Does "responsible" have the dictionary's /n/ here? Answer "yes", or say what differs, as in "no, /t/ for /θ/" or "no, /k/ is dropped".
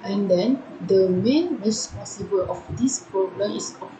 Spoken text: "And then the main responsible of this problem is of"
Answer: no, /n/ is dropped